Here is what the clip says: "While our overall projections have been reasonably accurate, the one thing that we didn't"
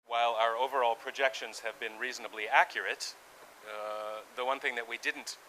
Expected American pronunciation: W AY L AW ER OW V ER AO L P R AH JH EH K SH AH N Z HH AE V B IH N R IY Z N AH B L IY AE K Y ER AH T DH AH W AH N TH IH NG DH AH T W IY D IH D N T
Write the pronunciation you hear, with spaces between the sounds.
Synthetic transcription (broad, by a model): W AY L AW ER OW V ER AO L P R AH JH EH K SH AH N Z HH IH V B IH N R IY Z N AH B L IY AE K Y ER AH T DH AH W AH N TH IH NG DH AH T W IY D IH D N T